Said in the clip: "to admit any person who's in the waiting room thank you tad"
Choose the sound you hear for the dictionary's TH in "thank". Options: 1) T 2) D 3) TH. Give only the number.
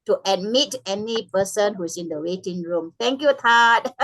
1